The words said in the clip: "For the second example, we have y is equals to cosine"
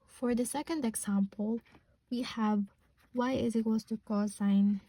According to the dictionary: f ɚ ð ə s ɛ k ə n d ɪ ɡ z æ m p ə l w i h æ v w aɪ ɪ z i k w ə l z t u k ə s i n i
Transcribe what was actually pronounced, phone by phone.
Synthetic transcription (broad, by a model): f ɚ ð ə s ɛ k ə n d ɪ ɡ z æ m p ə l w i h æ v w aɪ ɪ z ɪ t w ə z t u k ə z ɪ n